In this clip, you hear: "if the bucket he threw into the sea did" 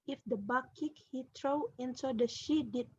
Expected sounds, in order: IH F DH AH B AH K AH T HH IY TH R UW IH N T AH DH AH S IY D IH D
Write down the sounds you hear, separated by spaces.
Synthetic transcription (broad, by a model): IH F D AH B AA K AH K HH IY T R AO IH N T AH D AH SH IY D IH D